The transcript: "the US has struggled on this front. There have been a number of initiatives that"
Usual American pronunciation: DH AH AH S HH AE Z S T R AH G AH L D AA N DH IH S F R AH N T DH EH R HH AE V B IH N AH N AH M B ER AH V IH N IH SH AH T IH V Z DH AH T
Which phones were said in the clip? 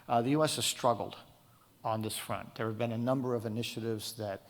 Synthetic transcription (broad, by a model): DH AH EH S HH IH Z S T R AH G L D N DH IH S F R AH N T DH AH R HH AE V B IH N AH N AH M B ER AH V IH N IH SH AH T IH V Z DH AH T